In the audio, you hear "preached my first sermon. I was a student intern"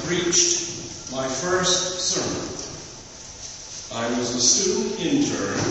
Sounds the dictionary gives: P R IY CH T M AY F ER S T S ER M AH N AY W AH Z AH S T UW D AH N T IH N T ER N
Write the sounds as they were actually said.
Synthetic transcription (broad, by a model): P R IY CH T M AY F ER S T S ER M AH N AY W AH Z AH S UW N IH N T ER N